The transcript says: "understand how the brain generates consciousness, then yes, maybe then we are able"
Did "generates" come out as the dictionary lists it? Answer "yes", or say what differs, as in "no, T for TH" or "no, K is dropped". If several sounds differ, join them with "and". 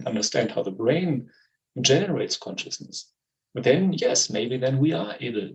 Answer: yes